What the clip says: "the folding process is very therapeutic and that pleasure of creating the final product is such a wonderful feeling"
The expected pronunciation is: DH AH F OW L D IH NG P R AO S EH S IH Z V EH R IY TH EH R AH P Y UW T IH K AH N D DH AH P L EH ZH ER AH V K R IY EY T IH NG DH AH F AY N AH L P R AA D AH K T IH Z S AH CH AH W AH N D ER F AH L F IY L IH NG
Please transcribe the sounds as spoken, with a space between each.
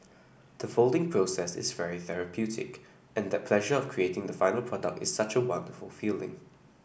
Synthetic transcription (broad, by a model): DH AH F OW L D IH NG P R AO S EH S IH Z V EH R IY TH EH R AH P Y UW T IH K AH N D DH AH P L EH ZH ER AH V K R IY EY T IH NG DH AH F AY N AH L P R AA D AH K T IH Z S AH CH AH W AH N D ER F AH L F IY L IH NG